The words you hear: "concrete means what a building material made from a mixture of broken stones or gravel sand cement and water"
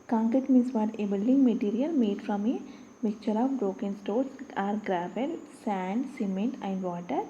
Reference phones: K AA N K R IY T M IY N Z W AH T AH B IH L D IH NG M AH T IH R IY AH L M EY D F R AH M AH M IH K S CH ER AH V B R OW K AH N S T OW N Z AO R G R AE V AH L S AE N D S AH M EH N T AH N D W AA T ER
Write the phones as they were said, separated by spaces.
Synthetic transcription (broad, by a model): K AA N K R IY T M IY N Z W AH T AH B IH L D IH NG M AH T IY R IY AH L M EY D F R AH M AH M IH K CH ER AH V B R OW K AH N S T OW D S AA R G R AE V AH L S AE N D S AH M EH N T AH N D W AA T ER